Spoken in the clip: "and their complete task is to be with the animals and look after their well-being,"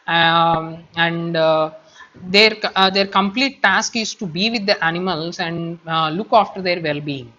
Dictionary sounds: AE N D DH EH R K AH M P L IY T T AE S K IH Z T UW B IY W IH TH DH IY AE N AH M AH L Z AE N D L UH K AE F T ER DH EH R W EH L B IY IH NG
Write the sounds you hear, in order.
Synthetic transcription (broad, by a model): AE N D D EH R K AH M P L IY T T AE S K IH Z T UW B IY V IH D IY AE N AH M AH L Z AE N D L UH K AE F T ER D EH R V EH L B IY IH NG